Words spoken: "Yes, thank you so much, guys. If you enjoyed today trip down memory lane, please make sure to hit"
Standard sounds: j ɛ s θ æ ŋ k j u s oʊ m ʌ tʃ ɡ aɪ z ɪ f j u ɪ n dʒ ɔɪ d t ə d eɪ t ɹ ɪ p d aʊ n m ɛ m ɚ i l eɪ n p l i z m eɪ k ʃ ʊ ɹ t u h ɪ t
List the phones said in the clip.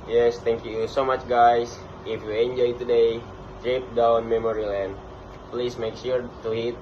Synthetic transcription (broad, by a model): j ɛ s t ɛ ŋ k j u s oʊ m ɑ tʃ ɡ aɪ s ɪ f j u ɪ n dʒ ɔɪ t ə d eɪ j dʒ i p d aʊ n m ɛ m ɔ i l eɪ n p l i s m eɪ k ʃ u ɹ t u h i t